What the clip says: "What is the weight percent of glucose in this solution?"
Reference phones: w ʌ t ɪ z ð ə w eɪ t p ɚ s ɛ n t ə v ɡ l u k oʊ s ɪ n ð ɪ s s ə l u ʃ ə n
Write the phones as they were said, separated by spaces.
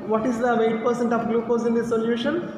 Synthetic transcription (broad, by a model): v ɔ t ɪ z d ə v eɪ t p ɚ s ɛ n t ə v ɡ l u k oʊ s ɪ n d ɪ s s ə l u ʃ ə n